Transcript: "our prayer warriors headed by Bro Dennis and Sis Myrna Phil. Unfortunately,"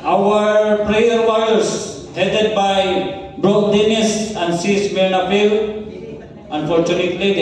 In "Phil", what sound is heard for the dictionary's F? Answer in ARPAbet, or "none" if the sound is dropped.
P